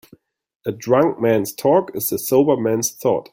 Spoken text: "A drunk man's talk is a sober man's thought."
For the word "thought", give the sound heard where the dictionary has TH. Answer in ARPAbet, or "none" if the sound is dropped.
TH